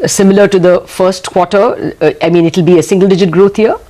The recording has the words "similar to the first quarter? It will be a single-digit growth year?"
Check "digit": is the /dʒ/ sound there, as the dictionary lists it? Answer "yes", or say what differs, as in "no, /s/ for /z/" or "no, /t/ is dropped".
yes